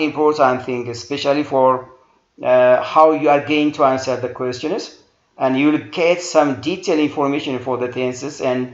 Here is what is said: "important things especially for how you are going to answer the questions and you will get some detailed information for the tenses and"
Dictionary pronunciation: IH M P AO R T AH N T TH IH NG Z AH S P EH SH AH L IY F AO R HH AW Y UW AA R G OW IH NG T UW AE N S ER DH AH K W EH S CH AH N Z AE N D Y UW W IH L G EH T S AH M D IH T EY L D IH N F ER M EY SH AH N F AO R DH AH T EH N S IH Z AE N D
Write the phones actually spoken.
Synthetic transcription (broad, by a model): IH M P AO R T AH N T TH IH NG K AH S P EH SH AH L IY F AO R HH AW Y UW AA R G OW IH NG T UW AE N S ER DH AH K W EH S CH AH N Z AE N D Y UW W IH L G EH T S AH M D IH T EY L IH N F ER M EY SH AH N F AO R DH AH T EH N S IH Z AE N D